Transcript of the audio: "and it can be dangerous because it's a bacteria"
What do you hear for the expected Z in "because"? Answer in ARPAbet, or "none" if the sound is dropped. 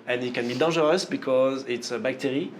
Z